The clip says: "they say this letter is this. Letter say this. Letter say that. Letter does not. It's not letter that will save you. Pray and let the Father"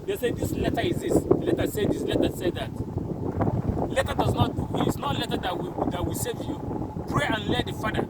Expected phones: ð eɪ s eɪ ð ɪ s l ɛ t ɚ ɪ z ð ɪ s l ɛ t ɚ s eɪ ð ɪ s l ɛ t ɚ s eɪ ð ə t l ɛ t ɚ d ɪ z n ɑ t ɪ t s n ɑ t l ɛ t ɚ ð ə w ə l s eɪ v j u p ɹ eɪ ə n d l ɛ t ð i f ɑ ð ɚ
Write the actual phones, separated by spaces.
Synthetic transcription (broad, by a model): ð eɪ s eɪ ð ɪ s l ɛ t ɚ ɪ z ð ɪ s l ɛ t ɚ s eɪ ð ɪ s l ɛ t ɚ s eɪ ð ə t l ɛ t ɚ d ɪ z n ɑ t ɪ t s n ɑ t l ɛ t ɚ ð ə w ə w s eɪ v j u p ɹ eɪ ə n l ɛ t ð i f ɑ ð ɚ